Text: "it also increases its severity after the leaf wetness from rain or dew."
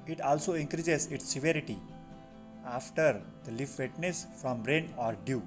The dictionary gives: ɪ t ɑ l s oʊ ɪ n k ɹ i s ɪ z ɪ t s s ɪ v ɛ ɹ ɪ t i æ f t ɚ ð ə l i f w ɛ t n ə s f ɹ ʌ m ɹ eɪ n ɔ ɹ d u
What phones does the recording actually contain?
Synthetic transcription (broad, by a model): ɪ t ɑ l s oʊ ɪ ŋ k ɹ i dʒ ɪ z ɪ t s s ɪ v ɛ ɹ ɪ t i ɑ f t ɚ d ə l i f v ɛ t n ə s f ɹ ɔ m ɹ eɪ n ɔ ɹ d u